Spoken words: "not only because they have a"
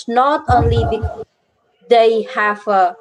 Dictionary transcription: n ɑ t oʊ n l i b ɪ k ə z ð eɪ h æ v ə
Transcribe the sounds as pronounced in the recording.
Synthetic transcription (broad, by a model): n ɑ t oʊ n l i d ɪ ə h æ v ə